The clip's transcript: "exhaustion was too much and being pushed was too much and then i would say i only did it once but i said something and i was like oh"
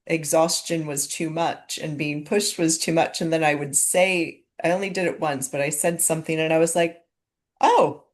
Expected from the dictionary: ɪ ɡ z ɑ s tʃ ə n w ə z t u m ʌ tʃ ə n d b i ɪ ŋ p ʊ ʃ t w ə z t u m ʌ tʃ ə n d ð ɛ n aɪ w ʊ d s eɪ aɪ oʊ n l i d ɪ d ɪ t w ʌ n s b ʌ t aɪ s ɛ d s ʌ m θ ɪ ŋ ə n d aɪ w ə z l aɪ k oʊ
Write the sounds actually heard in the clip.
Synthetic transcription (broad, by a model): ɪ ɡ z ɑ s tʃ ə n w ə z t u m ʌ tʃ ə n b i ɪ ŋ p ʊ ʃ t w ə z t u m ʌ tʃ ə n ð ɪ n aɪ w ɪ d s eɪ aɪ oʊ n l i d ɪ d ɪ t w ʌ n s b ʌ t aɪ s ɛ d s ʌ m θ ɪ ŋ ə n aɪ w ə z l aɪ k oʊ